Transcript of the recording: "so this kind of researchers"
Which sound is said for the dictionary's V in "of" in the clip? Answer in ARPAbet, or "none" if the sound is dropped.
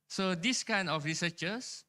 F